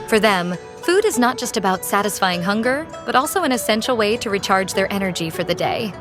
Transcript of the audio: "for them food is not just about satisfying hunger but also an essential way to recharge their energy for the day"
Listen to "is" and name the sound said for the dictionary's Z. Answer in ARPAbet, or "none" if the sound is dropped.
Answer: Z